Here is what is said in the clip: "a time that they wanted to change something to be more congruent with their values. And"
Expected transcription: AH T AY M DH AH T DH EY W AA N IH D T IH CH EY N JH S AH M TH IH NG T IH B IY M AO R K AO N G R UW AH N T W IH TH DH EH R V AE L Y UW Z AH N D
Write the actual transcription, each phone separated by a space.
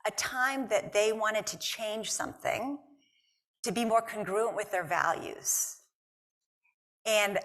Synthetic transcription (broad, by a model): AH T AY M DH AH T DH EY W AA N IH D T IH CH EY N ZH S AH M TH IH NG T IH B IY M AO R K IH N G R UW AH N T W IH DH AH R V AE L Y UW Z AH N